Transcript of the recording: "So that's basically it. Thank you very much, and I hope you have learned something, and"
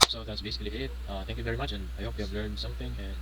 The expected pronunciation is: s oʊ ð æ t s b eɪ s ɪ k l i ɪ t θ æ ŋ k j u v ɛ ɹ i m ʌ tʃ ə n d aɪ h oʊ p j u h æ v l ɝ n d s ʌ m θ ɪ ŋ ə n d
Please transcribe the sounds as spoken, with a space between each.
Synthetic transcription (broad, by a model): s oʊ ð æ t s b eɪ s ɪ k l i ɪ t θ æ ŋ k j u v ɛ ɹ i m ʌ tʃ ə n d aɪ h oʊ p j u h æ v l ɝ n d s ʌ m θ ɪ ŋ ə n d